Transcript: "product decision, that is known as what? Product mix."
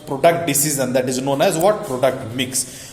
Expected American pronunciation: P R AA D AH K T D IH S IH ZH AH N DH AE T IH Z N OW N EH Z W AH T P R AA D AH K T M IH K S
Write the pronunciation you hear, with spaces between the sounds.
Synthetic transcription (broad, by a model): P R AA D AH K T D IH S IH Z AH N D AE T IH Z N OW N EH Z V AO T P R AA D AH K T M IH K S